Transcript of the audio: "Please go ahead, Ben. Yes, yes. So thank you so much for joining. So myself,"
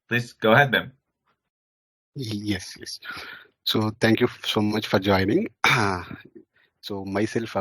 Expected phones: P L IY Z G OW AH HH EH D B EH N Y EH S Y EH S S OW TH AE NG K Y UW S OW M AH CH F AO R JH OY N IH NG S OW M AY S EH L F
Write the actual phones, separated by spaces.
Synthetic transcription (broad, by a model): P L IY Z G OW AH HH EH D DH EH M Y EH S Y EH S S OW T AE NG K Y UW S OW M AH CH F AO R JH OY N IH NG S OW M AY S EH L F